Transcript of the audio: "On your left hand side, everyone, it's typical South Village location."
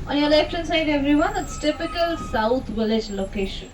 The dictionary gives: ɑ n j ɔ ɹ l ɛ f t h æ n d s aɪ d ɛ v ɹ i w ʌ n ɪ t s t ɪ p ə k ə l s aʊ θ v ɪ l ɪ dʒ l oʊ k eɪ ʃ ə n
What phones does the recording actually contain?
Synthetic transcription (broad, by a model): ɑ n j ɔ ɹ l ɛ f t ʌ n s aɪ d ɛ v ɹ i w ʌ n ɪ t s t ɪ p ə k ə l s aʊ t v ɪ l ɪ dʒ l oʊ k eɪ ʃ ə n